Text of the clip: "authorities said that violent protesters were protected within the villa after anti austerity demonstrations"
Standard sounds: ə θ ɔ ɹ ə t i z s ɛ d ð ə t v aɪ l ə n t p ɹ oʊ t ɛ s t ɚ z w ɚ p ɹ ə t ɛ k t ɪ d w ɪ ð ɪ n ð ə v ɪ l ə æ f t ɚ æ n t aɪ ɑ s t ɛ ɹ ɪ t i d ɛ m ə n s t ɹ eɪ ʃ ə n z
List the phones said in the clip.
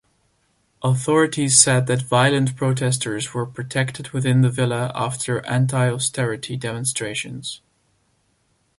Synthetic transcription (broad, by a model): ə θ ɔ ɹ ə t i z s ɛ d ð ə t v aɪ l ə n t p ɹ oʊ t ɛ s t ɚ z w ɚ p ɹ ə t ɛ k t ɪ d w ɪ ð ɪ n ð ə v ɪ l ə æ f t ɚ æ n t aɪ ɑ s t ɛ ɹ ɪ t i d ɛ m ə n s t ɹ eɪ ʃ ə n z